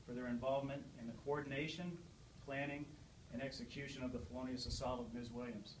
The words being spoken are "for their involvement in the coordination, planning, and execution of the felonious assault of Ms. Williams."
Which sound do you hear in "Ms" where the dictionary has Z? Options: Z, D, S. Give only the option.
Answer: Z